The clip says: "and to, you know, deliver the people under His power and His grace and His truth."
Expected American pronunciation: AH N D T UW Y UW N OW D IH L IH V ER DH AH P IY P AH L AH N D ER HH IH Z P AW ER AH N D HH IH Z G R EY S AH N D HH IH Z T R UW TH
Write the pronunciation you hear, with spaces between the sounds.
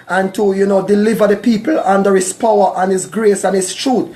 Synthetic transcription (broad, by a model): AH N T UW Y UW N OW D IH L IH V ER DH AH P IY P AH L AH N D ER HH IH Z P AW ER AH N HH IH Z G R EY S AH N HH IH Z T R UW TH